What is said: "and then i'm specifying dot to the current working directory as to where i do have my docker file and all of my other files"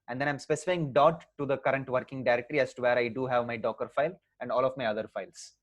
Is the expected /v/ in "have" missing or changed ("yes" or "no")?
no